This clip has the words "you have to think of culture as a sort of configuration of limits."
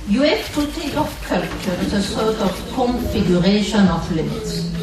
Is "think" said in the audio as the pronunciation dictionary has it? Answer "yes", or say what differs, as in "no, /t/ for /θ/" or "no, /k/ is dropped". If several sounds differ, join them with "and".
no, /t/ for /θ/